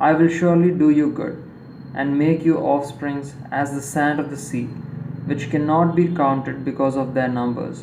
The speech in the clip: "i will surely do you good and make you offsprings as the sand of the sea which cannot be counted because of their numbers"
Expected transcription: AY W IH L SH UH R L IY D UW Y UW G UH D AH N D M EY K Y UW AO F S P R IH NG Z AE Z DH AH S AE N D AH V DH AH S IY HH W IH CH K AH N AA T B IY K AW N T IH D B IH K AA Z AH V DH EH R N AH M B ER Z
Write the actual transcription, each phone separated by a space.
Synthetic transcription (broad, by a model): AY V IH L SH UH R L IY D UW Y UW G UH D AH N D M EY K Y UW AO F S P R IH NG Z AE Z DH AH S AE N D AH V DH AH S IY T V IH CH K AH N AA T B IY K AW N T IH D B IH K AA Z AH V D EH R N AH M B ER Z